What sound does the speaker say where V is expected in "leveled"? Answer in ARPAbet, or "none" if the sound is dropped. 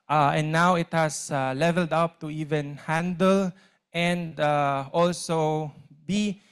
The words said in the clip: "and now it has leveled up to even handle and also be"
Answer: V